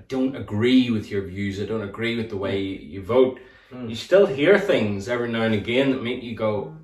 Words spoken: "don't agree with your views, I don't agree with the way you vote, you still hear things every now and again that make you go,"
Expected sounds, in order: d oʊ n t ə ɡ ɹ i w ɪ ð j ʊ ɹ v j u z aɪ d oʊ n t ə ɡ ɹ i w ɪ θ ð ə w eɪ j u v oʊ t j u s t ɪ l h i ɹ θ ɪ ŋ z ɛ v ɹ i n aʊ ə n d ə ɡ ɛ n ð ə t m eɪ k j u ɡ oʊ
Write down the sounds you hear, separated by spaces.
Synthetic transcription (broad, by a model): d oʊ n t ə ɡ ɹ i w ɪ ð j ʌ ɹ v j u z aɪ d oʊ n t ə ɡ ɹ i w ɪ ð ə w eɪ j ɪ v oʊ t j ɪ s t ɪ l h i ɹ θ ɪ ŋ z ɛ v ɹ i n aʊ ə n ə ɡ ɛ n ð ə t m eɪ k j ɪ ɡ oʊ